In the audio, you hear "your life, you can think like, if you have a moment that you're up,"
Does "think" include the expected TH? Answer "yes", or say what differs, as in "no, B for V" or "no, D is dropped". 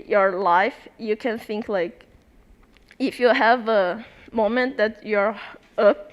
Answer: yes